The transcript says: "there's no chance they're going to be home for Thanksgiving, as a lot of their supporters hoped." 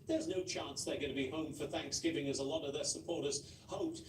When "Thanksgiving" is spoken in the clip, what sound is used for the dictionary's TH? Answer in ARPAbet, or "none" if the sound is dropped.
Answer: TH